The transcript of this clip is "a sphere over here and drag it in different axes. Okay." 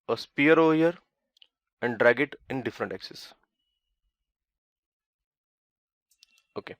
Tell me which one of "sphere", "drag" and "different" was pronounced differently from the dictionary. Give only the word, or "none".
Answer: sphere